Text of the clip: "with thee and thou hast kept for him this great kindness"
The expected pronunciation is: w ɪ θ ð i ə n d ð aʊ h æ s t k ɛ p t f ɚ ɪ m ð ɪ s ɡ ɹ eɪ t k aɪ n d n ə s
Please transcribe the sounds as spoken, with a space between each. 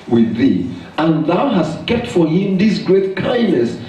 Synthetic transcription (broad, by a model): w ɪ ð i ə n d ð aʊ h æ s t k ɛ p t f ɚ ɪ m ð ɪ s ɡ ɹ eɪ t k aɪ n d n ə s